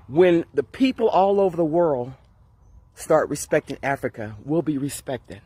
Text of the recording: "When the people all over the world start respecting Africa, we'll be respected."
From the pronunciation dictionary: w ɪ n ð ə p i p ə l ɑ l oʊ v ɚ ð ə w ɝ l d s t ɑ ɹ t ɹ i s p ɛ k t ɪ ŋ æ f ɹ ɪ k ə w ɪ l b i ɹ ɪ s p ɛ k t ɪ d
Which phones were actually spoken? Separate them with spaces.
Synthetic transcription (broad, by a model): w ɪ n ð ə p i p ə l ɑ l oʊ v ɚ ð ə w ɝ l d s t ɑ ɹ t ɹ i s p ɛ k t ɪ ŋ æ f ɹ ɪ k ə w ɪ l b i ɹ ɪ s p ɛ k t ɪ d